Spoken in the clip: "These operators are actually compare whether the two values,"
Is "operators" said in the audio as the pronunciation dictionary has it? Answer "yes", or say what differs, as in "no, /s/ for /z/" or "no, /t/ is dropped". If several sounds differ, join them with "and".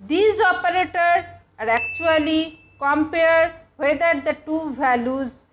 no, /z/ is dropped